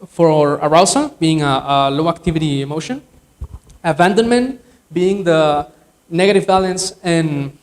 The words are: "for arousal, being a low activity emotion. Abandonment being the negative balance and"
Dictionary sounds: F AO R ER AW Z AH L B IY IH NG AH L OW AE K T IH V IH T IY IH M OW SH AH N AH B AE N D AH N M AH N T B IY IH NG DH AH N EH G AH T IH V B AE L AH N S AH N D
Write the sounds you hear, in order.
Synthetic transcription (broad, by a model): F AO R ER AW S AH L B IY IH NG AH L OW AE K T IH V IH T IY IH M OW SH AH N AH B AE N D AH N M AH N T B IY IH NG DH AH N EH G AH T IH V B AE L AH N S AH N